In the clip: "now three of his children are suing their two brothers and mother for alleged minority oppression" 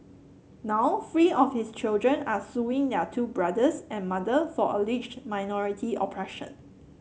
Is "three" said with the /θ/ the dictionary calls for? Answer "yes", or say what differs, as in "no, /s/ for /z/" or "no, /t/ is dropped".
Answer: no, /f/ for /θ/